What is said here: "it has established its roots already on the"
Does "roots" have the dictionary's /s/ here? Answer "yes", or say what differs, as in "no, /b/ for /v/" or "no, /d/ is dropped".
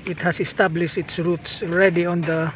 yes